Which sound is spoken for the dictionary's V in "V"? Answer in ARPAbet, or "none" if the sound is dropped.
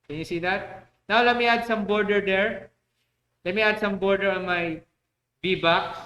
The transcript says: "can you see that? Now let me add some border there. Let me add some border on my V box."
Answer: B